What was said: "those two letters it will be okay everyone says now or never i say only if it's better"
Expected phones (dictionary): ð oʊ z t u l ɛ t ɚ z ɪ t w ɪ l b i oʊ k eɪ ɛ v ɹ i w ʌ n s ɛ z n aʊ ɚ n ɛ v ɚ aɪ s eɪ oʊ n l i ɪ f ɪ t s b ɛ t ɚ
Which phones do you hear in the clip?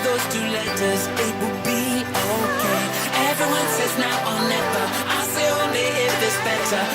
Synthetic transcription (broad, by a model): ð oʊ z t u l ɛ t ɚ z ɪ t w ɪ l b i oʊ k eɪ ɛ v ɹ i w ʌ n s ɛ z n aʊ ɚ n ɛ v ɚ aɪ s eɪ oʊ n l i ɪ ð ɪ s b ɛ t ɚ